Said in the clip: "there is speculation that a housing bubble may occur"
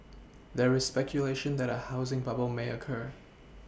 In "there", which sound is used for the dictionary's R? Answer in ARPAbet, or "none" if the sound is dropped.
R